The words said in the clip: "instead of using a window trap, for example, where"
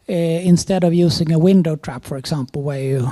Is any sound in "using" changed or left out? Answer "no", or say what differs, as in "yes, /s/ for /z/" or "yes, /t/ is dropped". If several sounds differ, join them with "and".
yes, /s/ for /z/